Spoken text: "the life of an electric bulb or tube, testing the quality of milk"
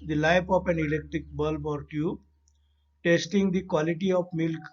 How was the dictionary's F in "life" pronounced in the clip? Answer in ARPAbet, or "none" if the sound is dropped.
P